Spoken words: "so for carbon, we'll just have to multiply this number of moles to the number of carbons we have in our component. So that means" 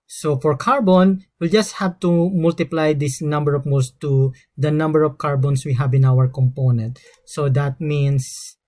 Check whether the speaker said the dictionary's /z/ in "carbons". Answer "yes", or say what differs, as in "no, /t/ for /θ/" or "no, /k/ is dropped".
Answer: no, /s/ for /z/